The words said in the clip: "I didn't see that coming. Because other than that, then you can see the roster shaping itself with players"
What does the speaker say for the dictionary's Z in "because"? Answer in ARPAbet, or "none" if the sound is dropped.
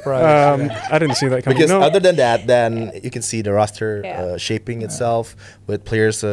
none